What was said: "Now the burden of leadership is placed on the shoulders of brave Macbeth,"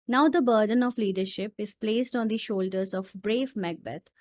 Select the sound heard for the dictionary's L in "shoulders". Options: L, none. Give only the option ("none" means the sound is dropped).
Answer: L